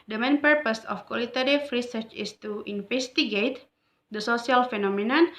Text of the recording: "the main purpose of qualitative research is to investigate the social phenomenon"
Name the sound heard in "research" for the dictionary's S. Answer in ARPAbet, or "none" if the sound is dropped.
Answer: S